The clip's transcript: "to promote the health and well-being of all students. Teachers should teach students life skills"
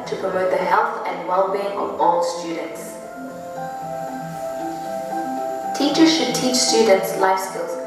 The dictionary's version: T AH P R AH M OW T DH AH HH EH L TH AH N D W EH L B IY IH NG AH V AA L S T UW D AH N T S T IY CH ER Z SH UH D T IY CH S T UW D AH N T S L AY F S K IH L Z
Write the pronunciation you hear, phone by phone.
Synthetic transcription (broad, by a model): T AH P R AH M OW T DH AH HH EH L TH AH N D W EH L B IY IH NG AH V AA L S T UW D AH N T S T IY CH ER Z SH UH D T IY CH S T UW D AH N T S L AY F S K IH L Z